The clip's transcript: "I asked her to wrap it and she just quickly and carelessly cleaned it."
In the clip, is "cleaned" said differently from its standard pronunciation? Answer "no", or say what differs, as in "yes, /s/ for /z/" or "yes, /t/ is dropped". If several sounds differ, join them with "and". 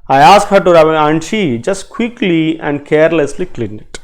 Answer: yes, /d/ is dropped